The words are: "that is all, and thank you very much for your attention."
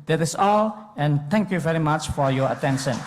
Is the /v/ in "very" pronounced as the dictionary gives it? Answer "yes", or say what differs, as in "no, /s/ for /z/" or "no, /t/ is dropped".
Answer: yes